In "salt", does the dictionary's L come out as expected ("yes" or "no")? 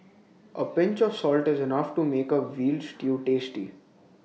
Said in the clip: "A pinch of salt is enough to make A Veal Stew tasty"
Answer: yes